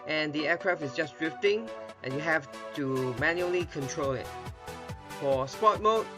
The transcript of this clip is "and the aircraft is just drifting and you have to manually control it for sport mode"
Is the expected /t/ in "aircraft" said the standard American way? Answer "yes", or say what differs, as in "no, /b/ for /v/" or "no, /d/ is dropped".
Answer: no, /t/ is dropped